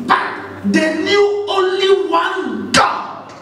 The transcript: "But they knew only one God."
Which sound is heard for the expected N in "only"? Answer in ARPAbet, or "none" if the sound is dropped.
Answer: N